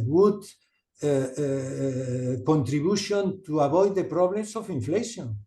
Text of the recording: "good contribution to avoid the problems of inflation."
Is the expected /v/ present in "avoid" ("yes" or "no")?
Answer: no